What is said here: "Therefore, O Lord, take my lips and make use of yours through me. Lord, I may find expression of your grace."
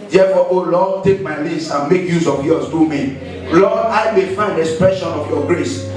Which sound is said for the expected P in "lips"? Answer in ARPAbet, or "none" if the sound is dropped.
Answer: none